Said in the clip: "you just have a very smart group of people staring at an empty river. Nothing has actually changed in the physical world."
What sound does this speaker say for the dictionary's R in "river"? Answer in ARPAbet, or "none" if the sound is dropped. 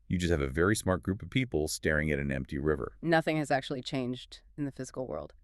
R